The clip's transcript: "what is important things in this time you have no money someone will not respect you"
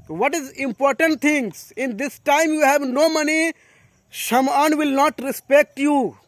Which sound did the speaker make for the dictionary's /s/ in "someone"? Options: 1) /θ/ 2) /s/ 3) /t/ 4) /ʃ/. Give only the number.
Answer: 4